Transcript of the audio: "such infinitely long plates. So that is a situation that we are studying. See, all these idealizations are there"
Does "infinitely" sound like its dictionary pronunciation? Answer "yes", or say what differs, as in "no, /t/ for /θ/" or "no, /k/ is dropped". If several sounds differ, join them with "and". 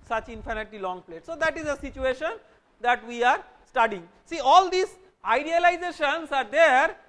no, /l/ is dropped